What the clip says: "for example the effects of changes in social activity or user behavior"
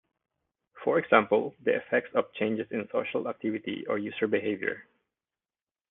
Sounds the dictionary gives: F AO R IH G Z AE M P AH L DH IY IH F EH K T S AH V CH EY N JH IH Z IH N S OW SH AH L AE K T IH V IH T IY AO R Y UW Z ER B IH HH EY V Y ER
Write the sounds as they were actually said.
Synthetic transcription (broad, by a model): F AO R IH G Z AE M P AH L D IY IH F EH K T S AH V CH EY N JH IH S IH N S OW SH AH L AE K T IH V IH T IY AO R Y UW S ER B IH HH EY V Y ER